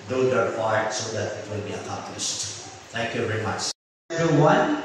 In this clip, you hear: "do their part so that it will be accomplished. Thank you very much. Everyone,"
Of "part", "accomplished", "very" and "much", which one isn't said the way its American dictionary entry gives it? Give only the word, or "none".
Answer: part